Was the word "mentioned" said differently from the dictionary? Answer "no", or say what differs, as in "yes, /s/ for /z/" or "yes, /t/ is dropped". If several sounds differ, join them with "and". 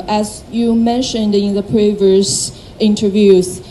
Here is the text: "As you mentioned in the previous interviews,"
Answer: no